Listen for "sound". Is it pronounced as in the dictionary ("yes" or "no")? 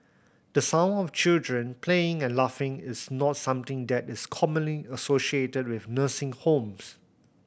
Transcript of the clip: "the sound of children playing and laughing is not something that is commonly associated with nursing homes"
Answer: no